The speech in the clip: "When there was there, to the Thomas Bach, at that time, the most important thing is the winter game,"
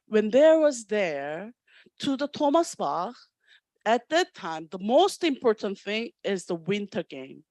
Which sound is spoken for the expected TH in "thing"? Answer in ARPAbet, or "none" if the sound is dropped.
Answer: TH